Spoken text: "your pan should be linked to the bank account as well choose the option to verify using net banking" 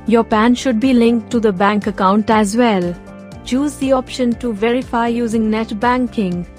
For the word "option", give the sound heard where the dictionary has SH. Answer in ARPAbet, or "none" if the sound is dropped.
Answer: SH